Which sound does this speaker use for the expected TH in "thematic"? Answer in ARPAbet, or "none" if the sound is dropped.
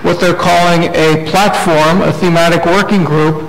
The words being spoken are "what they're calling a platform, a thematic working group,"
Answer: TH